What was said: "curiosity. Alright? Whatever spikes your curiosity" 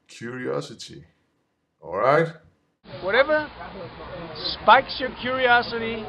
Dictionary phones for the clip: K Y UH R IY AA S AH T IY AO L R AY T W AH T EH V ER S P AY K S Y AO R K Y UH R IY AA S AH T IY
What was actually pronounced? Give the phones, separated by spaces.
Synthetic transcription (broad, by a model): K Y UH R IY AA S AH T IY AO L R AY T W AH T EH V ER S P AY K S Y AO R K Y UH R IY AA S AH T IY